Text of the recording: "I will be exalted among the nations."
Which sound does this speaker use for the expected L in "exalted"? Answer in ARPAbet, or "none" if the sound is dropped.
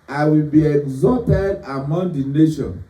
none